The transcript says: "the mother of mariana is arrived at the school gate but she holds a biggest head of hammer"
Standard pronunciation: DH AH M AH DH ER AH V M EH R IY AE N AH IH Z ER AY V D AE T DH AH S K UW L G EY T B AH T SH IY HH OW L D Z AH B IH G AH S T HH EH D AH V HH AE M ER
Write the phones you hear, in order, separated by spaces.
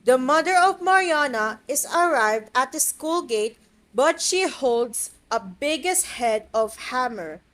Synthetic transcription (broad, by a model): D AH M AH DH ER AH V M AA R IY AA N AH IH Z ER AY V D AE T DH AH S K UW L G EY T B AH T SH IY HH OW L D S AH B IH G AH S T HH EH D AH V HH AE M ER